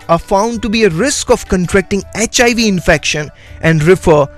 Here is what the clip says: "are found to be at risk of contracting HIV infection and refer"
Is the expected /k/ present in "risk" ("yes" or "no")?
yes